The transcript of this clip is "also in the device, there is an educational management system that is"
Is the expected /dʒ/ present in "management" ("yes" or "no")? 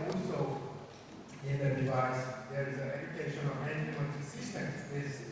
no